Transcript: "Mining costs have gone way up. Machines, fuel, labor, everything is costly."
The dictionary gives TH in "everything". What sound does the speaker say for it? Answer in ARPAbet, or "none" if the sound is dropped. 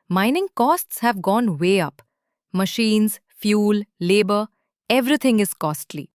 T